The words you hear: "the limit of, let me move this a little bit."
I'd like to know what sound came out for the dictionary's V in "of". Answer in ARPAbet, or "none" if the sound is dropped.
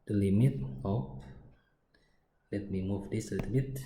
P